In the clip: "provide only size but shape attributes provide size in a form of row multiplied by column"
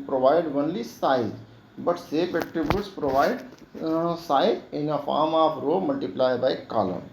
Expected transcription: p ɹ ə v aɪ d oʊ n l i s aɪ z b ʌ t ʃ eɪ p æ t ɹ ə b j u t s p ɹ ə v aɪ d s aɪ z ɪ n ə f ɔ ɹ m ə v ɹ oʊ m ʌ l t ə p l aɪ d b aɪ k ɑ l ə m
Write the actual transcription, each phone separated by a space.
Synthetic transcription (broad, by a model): p ɹ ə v aɪ d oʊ n l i s aɪ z b ʌ t s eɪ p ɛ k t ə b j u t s p ɹ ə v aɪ d s aɪ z ɪ n ə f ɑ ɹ m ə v ɹ oʊ m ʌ l t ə p l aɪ b aɪ k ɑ l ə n